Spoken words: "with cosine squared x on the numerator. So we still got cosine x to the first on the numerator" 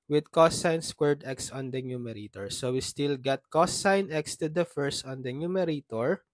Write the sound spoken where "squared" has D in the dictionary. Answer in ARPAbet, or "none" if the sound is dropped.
D